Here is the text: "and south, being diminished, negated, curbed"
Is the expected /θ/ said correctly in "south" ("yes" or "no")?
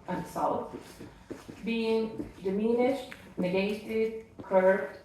no